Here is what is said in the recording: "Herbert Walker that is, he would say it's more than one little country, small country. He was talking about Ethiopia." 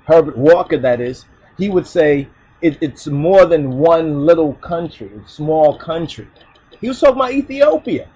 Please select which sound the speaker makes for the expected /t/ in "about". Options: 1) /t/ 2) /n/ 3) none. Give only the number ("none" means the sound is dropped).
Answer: 3